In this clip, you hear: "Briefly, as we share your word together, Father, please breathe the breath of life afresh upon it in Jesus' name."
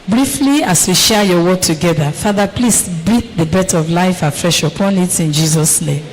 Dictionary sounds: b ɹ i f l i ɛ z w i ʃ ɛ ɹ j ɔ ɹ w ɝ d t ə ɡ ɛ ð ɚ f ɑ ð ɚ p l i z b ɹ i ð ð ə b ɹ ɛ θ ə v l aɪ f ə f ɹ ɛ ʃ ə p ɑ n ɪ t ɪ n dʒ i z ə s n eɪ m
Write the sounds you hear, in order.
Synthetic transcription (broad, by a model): b ɹ i f l i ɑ s w i ʃ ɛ j ɔ w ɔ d t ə ɡ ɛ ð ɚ f ɑ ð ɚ p l i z b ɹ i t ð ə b ɛ t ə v l aɪ f ə f ɹ ɛ ʃ ə p ɑ n ɪ t ɪ n dʒ i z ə s n eɪ m